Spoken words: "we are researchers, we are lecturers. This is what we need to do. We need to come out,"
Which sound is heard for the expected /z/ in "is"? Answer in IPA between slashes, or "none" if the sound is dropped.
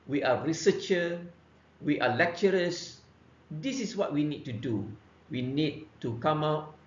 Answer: /s/